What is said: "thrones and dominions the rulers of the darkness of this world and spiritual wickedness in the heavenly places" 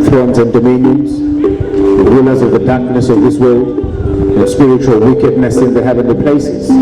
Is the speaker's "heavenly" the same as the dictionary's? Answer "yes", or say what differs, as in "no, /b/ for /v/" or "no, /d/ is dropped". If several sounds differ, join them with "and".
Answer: yes